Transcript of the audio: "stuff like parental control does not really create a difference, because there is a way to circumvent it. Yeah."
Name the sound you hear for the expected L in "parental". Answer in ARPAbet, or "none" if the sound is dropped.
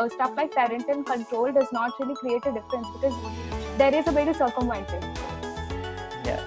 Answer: N